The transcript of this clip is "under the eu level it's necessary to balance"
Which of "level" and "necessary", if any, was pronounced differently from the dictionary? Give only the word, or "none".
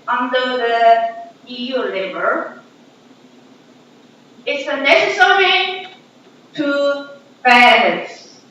level